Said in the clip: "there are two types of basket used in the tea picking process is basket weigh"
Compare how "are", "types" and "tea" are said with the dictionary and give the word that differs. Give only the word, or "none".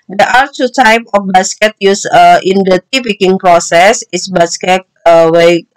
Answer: types